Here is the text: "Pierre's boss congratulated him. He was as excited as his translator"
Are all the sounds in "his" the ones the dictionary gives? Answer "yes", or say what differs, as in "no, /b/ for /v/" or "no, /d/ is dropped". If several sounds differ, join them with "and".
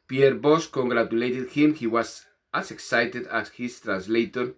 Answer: no, /s/ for /z/